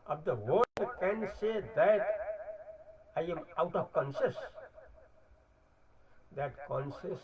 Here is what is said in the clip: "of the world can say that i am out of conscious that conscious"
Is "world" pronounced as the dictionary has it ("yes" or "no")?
no